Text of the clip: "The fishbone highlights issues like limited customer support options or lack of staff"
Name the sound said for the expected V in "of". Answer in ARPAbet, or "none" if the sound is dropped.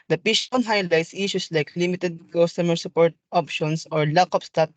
P